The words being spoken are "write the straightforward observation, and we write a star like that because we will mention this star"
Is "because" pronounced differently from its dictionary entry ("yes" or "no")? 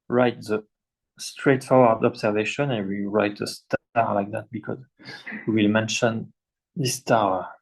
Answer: no